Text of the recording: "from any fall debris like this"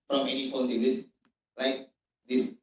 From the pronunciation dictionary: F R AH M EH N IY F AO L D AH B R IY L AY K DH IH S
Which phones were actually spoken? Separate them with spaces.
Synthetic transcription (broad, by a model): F R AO M EH N IY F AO N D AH R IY L AY K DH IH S